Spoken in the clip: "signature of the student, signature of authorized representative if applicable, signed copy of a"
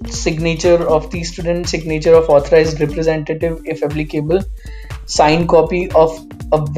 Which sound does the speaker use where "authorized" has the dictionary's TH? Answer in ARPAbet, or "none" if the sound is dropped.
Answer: T